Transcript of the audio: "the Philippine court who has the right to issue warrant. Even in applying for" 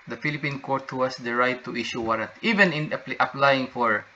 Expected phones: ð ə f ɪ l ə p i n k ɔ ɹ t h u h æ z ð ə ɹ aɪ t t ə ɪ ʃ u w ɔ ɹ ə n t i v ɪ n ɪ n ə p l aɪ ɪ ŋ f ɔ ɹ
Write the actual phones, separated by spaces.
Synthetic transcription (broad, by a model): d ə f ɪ l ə p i n k ɔ ɹ t h u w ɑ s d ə ɹ aɪ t t ə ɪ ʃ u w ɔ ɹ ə t i v ɪ n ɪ n ə p l aɪ ɪ ŋ f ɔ ɹ